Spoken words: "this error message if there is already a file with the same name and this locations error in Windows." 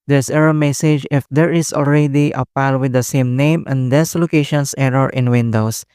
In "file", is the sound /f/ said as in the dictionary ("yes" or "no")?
no